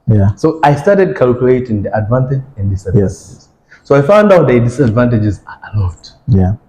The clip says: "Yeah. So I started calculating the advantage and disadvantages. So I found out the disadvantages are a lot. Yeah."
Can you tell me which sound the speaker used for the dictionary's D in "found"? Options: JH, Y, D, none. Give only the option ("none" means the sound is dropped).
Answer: D